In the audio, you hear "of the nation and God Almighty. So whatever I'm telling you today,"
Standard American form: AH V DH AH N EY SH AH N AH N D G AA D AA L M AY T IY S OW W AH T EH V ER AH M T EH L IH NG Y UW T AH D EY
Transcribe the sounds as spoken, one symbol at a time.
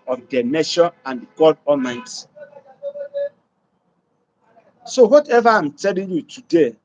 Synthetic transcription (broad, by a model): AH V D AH N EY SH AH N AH N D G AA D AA M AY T S OW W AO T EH V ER AH M T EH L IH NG Y UW T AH D EY